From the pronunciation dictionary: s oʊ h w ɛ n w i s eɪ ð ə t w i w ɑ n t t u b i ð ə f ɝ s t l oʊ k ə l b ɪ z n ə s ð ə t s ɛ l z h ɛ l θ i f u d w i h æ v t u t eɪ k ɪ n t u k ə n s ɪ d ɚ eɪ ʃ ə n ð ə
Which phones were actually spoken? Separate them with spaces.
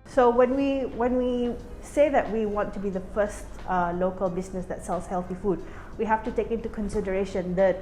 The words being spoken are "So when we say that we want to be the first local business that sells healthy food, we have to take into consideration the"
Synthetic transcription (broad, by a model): s oʊ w w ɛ n w i s eɪ ð ə t w i w ɑ n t t u b i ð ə f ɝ s t l oʊ k ə l b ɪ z n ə s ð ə t s ɛ l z h ɛ l θ i f u d w i h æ f t u t eɪ k ɪ n t u k ə n s ɪ d ɚ eɪ ʃ ə n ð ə